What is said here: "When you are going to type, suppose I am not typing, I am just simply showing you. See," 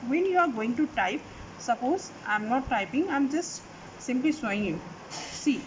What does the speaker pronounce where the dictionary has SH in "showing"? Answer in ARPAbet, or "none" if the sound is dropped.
S